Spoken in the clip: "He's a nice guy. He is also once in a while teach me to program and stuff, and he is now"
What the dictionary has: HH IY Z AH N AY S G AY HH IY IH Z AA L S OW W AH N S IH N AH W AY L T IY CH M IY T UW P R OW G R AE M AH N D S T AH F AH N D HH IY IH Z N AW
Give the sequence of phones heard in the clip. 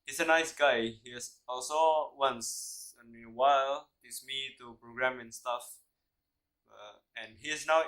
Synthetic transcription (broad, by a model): HH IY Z AH N AY S G AY HH IY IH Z AA L S OW W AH N S IH N AH W AY L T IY S M IY T UW P R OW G R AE M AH N S T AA F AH N HH IY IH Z N AW